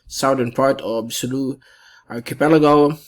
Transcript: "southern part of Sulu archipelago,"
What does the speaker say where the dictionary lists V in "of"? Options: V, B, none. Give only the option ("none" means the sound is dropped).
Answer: B